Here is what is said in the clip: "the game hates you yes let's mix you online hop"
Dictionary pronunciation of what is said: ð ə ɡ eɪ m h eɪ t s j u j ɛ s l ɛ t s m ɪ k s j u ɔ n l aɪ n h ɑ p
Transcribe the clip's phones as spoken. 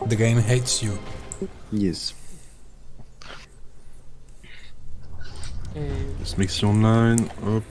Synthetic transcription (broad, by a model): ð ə ɡ eɪ m h eɪ t s j u j ɛ s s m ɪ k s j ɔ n aɪ n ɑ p